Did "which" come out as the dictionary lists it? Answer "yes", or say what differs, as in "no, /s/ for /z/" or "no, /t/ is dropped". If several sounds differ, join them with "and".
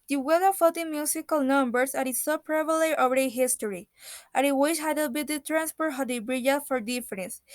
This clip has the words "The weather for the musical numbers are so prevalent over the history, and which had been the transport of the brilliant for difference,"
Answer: no, /ʃ/ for /tʃ/